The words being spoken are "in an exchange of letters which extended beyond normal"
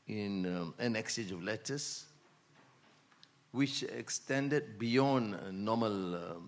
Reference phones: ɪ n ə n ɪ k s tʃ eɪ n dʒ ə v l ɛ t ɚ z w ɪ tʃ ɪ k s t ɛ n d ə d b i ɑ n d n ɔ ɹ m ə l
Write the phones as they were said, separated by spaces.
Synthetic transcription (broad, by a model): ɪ n ə n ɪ k s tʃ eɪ dʒ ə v l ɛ t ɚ s w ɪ tʃ ɪ k s t ɛ n d ə d b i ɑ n n ɔ m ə l